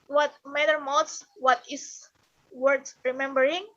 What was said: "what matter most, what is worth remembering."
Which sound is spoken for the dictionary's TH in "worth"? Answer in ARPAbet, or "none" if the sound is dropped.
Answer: S